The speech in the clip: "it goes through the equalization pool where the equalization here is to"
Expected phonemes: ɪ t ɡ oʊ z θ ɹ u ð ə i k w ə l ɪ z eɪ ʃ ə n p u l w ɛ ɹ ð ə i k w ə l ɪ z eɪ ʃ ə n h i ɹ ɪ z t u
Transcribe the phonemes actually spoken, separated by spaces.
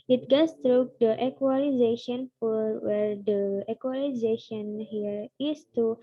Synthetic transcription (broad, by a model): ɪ t ɡ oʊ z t ɹ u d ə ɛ k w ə l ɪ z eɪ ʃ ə n f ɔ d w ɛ ɹ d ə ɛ k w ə l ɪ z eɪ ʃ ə n h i ɹ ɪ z t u